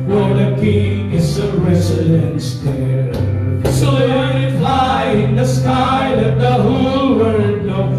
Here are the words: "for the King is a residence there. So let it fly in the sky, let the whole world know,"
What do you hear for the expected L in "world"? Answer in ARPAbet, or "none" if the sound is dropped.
none